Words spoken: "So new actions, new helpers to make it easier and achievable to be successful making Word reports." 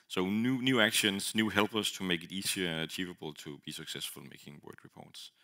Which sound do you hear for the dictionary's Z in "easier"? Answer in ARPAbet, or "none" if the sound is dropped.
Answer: S